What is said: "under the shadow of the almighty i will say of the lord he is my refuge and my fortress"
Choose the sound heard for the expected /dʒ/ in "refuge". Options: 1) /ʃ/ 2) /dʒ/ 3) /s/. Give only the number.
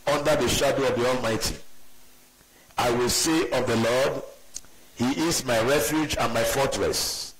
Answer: 2